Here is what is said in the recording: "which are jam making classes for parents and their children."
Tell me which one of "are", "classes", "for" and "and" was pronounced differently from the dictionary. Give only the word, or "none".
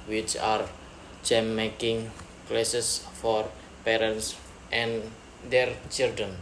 classes